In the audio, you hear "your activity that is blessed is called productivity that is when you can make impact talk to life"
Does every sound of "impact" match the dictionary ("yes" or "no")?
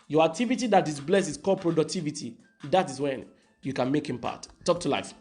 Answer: no